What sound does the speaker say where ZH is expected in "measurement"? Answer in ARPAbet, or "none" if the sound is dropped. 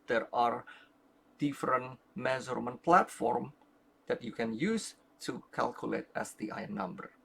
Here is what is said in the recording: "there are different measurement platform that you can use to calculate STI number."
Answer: Z